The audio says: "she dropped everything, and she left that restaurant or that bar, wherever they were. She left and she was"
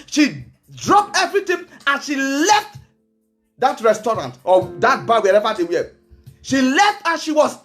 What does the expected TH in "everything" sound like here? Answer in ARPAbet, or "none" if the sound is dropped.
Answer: T